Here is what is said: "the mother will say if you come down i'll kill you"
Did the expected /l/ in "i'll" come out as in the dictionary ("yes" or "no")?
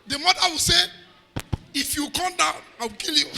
no